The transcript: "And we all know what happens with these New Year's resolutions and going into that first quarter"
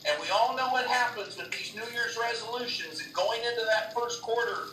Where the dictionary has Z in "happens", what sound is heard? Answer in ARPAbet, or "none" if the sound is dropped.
Z